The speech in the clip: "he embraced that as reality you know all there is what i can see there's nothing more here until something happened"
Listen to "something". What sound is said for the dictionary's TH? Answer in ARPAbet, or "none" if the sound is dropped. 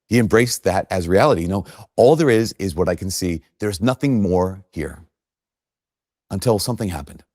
TH